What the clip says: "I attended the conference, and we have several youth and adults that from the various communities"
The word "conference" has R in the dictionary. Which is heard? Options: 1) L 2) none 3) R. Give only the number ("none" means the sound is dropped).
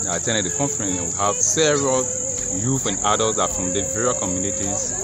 2